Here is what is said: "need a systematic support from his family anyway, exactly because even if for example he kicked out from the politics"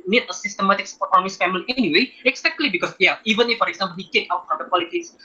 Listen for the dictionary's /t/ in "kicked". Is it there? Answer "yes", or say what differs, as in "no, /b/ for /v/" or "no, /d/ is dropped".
no, /t/ is dropped